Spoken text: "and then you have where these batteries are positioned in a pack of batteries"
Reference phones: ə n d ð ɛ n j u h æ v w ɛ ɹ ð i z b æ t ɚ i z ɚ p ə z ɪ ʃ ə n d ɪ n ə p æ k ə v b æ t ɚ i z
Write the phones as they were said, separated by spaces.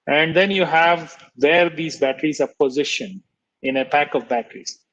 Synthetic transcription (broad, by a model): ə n d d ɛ n j u h æ v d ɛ ɹ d i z b æ t ɚ i z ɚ p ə z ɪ ʃ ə n ɪ n ə p æ k ə v b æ t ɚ i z